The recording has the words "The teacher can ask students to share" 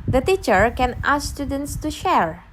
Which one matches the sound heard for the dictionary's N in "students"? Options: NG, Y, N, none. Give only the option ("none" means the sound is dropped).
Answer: N